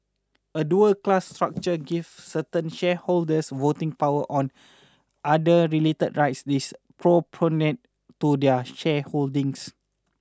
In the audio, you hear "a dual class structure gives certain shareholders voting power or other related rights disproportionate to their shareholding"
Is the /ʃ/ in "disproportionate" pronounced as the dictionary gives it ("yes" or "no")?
no